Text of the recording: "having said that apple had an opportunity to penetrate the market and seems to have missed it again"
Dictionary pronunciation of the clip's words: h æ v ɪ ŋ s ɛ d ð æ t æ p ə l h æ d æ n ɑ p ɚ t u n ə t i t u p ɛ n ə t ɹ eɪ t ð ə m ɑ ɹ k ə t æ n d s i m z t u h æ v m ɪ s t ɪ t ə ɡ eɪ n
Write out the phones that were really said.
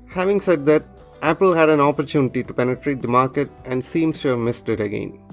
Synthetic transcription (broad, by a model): h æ v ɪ ŋ s ɛ d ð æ t æ p ə l h æ d æ n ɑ p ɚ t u n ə t i t u p ɛ n ə t ɹ eɪ t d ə m ɑ ɹ k ə t æ n d s i m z t u h æ v m ɪ s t ɪ t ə ɡ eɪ n